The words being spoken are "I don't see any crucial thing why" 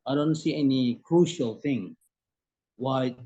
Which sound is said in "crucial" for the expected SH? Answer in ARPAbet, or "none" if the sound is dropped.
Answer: SH